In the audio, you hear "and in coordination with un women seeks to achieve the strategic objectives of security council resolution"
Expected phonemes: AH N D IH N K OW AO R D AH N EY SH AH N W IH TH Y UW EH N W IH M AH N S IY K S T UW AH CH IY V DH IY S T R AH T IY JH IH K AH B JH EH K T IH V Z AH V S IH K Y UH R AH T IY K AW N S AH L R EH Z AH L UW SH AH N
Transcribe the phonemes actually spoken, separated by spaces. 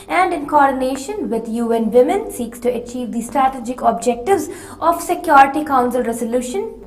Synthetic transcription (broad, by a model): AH N D IH N K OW AO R D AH N EY SH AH N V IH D Y UW EH N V IH M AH N S IY K S T UW AH CH IY V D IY S T R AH T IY JH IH K AH B JH EH K T IH V Z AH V S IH K Y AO R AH T IY K AW N S AH L R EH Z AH L UW SH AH N